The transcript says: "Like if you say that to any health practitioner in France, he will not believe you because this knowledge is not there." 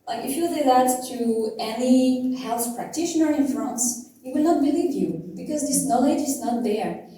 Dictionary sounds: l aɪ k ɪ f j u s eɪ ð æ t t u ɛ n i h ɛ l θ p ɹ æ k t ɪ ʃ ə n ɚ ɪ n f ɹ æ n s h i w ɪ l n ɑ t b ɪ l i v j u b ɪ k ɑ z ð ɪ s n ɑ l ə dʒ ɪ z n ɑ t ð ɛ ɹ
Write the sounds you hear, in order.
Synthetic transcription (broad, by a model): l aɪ k ɪ f j u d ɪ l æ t t u ɛ n i h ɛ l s p ɹ æ k t ɪ ʃ ə n ɚ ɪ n f ɹ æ n s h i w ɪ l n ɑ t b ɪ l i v j u b ɪ k ɑ z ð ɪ s n ɑ l ə dʒ ɪ z n ɑ t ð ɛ ɹ